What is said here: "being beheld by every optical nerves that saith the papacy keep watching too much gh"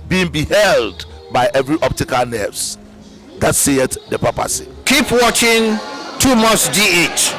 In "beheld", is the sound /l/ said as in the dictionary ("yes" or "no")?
yes